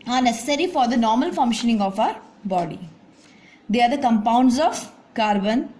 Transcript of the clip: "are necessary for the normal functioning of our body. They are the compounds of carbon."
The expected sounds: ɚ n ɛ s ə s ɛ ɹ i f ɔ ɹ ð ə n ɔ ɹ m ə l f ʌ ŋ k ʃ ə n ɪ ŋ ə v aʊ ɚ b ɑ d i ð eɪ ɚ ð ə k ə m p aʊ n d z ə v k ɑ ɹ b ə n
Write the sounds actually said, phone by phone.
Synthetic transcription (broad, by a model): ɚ n ɛ s ə s ɛ ɹ i f ɔ ɹ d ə n ɔ ɹ m ə l f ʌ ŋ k ʃ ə n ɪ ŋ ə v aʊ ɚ b ɑ d i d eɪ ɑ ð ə k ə m p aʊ n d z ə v k ɑ ɹ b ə n